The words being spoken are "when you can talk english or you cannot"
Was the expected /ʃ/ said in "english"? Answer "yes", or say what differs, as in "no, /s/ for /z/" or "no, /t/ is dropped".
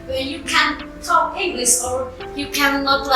no, /s/ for /ʃ/